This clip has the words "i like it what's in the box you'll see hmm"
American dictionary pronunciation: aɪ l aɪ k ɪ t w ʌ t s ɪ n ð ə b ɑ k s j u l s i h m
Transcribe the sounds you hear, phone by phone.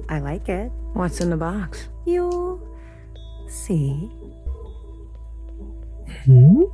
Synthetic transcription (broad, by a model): aɪ l aɪ k ɪ t w ʌ t s ɪ n ð ə b ɑ k s j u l s i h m